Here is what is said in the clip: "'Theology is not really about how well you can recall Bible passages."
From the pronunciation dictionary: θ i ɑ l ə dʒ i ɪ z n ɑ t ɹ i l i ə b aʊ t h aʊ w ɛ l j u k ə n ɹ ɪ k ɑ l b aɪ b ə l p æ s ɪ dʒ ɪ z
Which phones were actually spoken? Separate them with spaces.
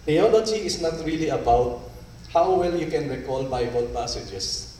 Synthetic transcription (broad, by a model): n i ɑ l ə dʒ i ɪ s n ɑ t ɹ i l i ə b aʊ t h aʊ w ɛ l j u k ə n ɹ ɪ k ɑ l b aɪ b ə l p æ s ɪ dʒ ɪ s